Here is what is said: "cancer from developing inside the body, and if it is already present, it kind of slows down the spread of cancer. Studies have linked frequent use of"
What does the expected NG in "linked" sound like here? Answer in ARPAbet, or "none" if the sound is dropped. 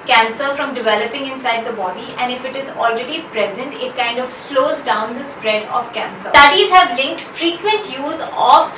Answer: NG